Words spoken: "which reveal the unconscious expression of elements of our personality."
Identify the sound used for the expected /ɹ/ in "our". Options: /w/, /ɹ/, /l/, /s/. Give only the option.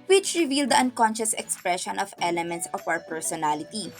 /w/